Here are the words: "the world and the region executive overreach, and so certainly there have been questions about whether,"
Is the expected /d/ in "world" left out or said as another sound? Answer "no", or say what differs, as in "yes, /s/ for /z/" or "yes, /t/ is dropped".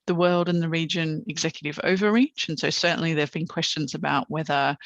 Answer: no